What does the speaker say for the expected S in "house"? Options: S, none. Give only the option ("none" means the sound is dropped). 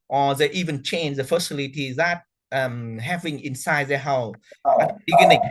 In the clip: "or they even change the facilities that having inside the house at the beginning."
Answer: none